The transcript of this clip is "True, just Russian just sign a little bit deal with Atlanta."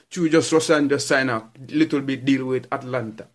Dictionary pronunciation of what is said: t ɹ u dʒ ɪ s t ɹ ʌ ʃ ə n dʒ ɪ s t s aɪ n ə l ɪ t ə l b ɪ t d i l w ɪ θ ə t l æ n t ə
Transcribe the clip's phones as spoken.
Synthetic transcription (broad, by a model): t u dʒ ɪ s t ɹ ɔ s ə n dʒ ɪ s s aɪ n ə l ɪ t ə l b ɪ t d i l w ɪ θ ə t l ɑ n t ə